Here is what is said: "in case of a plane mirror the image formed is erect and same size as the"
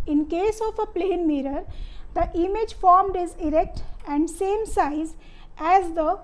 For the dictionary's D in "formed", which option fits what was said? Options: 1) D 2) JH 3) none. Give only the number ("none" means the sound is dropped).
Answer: 1